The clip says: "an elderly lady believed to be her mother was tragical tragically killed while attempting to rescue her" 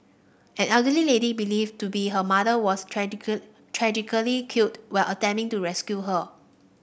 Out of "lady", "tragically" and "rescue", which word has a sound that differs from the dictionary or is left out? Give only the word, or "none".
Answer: tragically